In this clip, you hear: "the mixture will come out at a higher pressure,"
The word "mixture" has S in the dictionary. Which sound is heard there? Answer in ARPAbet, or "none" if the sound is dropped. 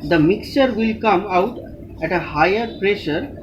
S